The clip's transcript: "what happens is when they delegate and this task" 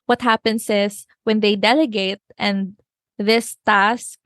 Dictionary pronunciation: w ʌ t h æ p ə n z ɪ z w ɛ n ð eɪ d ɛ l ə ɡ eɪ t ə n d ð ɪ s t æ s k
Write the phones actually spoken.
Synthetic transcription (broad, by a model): w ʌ t h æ p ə n s ɪ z w ɛ n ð eɪ d ɛ l ə ɡ eɪ t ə n ð ɪ s t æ s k